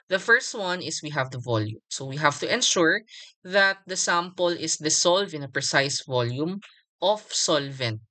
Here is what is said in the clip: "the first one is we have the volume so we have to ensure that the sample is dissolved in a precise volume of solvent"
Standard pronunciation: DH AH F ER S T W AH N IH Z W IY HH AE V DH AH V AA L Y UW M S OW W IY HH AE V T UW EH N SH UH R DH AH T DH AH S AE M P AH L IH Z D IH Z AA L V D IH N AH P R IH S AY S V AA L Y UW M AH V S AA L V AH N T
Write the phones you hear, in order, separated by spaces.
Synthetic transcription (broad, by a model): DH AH F ER S T W AH N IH S W IY HH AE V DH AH V AA L Y UW M S OW W IY HH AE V T UW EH N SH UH R DH AH T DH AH S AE M P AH L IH S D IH S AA L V IH N AH P R IH S AY S V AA L Y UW M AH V S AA L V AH N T